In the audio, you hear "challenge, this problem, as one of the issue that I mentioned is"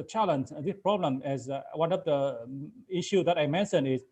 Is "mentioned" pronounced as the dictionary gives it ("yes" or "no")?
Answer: no